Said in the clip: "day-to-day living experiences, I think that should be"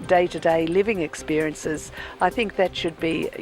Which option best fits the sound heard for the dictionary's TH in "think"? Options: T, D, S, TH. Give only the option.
TH